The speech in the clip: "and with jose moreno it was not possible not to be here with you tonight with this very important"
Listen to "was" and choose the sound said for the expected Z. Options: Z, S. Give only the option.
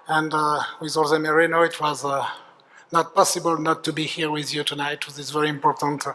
Z